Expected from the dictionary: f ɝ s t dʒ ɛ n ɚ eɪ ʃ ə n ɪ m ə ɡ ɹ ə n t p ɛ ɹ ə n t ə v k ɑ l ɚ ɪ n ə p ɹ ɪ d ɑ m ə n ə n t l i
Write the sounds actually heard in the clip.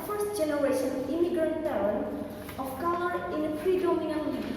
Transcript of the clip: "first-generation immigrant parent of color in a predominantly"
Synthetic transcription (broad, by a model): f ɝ s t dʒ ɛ n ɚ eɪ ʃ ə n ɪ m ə ɡ ɹ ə n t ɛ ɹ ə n ə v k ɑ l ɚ ɪ n ə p ɹ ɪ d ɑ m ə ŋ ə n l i